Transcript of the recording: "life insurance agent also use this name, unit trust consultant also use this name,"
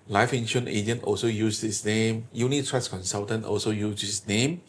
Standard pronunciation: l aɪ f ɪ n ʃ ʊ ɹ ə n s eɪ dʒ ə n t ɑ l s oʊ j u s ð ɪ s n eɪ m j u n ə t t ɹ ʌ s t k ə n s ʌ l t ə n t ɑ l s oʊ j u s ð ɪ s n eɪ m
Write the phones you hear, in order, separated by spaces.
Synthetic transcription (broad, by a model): l aɪ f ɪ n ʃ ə n eɪ dʒ ə n t ɑ l s oʊ j u s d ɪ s n eɪ m j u n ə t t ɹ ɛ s k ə n s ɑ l t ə n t ɑ l s oʊ j u s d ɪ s n eɪ m